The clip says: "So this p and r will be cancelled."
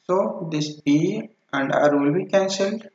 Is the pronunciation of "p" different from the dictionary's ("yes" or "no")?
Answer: yes